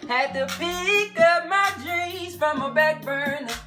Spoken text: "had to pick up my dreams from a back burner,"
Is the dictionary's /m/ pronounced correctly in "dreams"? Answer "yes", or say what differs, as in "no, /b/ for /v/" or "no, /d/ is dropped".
no, /m/ is dropped